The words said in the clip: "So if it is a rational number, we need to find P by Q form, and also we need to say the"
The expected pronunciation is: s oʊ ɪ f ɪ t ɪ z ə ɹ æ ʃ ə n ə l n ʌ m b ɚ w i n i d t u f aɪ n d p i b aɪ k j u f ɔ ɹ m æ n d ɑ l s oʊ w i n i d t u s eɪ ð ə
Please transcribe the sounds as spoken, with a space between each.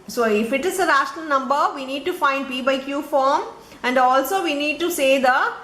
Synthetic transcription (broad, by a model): s oʊ ɪ f ɪ t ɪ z ə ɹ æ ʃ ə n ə l n ʌ m b ɚ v i n i d t u f aɪ n d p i b aɪ k j u f ɔ ɹ m æ n d ɑ l s oʊ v i n i d t u s eɪ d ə